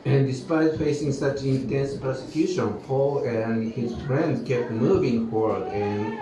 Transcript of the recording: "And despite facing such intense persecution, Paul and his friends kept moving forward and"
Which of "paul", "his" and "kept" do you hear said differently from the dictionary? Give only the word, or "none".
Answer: none